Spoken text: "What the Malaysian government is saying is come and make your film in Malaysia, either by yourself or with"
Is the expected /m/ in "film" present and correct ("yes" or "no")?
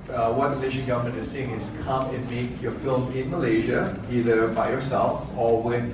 yes